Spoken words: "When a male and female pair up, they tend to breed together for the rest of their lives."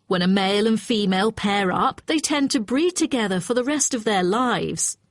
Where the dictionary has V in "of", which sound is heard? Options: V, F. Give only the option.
V